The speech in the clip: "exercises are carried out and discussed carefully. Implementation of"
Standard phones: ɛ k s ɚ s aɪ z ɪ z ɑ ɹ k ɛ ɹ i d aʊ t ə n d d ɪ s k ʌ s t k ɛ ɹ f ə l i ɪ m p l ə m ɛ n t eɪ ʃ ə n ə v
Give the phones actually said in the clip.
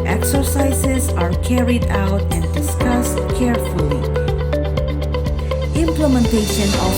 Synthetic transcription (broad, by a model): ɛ k s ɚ s aɪ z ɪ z ɑ ɹ k ɛ ɹ i d aʊ t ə n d d ɪ s k ʌ s t k ɛ ɹ f ə l i ɪ m p l ə m ɛ n t eɪ ʃ ə n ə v